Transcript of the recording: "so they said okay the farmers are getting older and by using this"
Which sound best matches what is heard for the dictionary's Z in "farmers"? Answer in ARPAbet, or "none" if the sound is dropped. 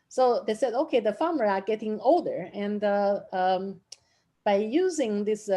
none